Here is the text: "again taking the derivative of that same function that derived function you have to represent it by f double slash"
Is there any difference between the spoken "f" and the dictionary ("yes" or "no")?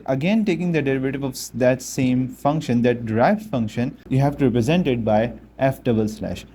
no